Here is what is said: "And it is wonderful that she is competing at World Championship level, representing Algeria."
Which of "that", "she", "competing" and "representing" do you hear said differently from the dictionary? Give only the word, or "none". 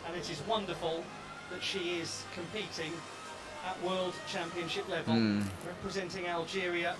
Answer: none